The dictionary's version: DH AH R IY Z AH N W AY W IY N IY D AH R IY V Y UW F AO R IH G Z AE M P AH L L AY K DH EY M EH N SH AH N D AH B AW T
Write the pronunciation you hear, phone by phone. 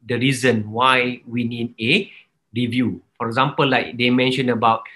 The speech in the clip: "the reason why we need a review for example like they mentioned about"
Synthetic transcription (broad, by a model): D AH R IY Z AH N W AY W IY N IY D AH R IY V Y UW F AO R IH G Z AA M P AH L L AY K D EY M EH N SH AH N AH B AW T